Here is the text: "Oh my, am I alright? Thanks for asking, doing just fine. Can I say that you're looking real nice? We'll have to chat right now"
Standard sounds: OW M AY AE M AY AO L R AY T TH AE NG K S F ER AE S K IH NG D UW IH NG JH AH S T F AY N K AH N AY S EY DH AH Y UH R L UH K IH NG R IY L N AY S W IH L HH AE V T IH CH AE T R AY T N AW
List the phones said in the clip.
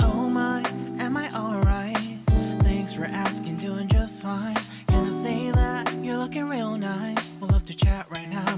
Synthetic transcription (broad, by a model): OW M AY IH M AY AO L R AY T TH AE NG K S F ER AE S K IH NG D UW IH NG JH AH S T F AY N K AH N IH S EY DH AH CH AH R L UH K IH NG R IY L N AY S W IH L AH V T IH CH AE T R AY T N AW